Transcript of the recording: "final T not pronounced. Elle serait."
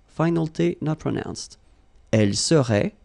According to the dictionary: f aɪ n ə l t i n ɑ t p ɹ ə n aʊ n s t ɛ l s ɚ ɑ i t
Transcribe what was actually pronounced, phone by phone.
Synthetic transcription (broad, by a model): f aɪ n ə l t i n ɑ t p ɹ ə n aʊ n s t ɛ l s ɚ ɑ